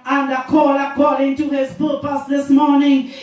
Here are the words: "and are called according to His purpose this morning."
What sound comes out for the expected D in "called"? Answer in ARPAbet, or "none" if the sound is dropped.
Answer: none